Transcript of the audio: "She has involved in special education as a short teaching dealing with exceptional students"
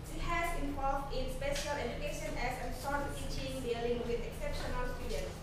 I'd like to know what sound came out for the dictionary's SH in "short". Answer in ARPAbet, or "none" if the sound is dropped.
S